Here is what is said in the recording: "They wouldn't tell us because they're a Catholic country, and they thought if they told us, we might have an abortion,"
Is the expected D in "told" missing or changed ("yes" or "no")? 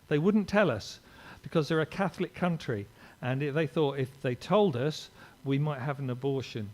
no